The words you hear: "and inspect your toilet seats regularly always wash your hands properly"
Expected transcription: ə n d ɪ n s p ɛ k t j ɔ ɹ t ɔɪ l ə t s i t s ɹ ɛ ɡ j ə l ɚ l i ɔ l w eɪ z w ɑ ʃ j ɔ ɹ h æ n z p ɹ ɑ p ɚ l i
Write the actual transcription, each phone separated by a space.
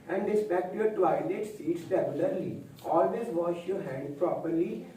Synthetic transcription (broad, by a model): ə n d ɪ s p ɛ k t j ɔ ɹ t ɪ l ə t s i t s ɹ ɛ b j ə l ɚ l i ɔ l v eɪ z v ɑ ʃ j ɔ ɹ h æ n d p ɹ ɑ p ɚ l i